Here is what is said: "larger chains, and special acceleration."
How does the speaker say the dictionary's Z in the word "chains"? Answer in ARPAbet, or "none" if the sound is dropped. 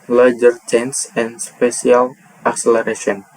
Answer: S